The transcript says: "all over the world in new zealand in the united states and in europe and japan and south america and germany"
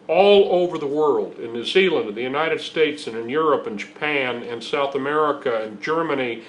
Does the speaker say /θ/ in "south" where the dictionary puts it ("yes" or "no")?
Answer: yes